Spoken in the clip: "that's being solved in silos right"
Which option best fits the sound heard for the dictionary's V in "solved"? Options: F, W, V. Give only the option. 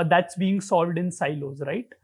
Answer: V